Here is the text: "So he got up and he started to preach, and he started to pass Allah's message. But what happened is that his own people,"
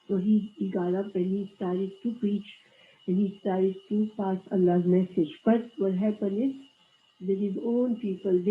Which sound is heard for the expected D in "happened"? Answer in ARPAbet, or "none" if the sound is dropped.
none